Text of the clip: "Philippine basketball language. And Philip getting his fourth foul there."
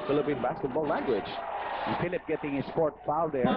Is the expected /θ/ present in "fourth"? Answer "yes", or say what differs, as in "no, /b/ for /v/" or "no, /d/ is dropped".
no, /t/ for /θ/